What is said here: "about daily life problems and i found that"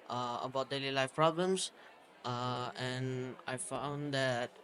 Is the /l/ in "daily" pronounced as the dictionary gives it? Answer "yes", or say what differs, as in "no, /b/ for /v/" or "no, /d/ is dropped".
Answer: yes